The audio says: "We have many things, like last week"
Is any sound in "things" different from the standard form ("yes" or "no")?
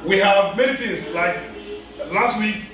yes